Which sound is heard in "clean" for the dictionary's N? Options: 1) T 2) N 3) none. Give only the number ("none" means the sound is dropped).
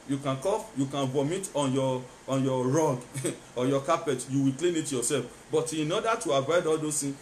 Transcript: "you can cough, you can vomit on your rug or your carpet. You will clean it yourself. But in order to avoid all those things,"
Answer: 2